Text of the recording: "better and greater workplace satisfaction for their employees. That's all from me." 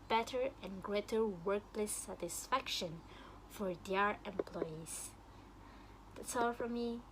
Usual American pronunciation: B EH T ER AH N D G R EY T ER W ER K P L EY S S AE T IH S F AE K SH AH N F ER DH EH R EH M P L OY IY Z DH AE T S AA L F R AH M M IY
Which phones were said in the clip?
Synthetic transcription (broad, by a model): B EH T ER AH N G R EY T ER W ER K L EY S S AE T IH S F AE K SH AH N F ER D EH R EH M P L OY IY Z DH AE T S AA L F R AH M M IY